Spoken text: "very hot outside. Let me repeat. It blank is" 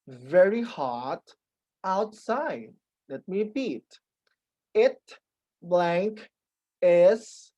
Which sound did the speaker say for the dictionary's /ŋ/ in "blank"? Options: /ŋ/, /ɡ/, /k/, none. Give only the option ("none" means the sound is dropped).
/ŋ/